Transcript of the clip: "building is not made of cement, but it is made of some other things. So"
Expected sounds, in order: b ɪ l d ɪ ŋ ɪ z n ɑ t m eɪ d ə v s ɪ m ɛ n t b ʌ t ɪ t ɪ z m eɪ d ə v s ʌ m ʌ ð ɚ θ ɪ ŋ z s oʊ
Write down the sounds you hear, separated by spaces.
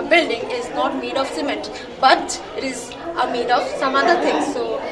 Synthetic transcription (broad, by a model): b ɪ l d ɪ ŋ ɪ z n ɑ t m eɪ d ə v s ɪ m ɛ t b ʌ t ɪ t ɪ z m eɪ d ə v s ʌ m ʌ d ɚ t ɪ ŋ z s oʊ